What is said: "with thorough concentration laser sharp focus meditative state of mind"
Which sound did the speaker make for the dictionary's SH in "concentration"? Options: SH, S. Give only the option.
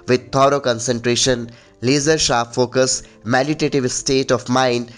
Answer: SH